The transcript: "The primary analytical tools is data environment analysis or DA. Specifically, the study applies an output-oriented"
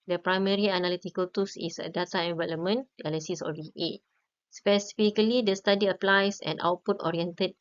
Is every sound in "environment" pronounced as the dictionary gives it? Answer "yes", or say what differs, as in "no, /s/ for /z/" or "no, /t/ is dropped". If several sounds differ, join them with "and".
no, /l/ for /ɹ/ and /t/ is dropped